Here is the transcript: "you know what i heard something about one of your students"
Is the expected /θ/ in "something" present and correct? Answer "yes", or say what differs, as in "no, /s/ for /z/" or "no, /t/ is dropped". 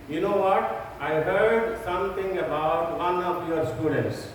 no, /t/ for /θ/